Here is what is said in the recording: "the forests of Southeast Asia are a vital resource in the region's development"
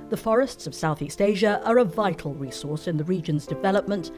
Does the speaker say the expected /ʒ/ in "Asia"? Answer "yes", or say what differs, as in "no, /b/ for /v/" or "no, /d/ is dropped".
yes